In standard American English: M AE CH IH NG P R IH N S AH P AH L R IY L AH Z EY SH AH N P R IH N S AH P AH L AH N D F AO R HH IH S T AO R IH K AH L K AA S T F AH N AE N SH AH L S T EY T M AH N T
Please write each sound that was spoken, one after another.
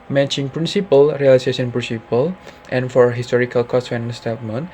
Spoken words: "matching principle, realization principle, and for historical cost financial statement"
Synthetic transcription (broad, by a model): M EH CH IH NG P R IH N S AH P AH L R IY L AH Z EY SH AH N P R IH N S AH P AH L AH N F AO R HH IH S T AO R IH K AH L K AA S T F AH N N AH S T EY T M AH N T